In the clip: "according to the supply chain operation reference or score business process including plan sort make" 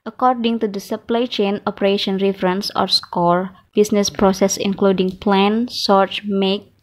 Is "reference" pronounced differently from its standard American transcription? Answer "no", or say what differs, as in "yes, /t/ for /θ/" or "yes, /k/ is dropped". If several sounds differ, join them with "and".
no